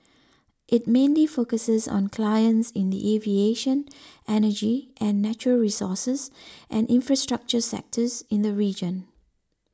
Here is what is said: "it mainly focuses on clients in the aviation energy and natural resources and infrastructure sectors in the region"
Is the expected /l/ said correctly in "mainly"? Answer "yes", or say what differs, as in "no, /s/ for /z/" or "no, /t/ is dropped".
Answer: yes